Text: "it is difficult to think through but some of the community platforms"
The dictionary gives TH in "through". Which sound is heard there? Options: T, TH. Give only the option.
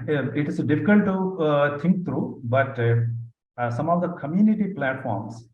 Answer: T